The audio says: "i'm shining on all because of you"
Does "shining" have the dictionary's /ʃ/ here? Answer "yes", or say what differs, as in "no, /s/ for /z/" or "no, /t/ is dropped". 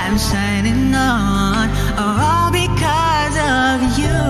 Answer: no, /s/ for /ʃ/